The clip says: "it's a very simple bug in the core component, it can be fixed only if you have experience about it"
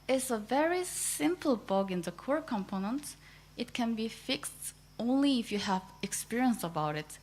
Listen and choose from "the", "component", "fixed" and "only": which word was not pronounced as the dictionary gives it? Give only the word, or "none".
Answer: none